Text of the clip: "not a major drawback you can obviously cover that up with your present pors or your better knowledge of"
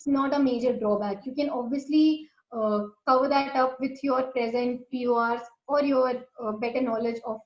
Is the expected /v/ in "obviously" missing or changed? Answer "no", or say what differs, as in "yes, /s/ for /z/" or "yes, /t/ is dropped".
no